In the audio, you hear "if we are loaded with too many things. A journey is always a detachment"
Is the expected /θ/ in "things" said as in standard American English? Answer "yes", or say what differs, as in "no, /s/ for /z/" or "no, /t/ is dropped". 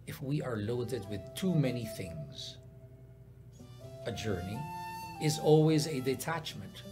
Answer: yes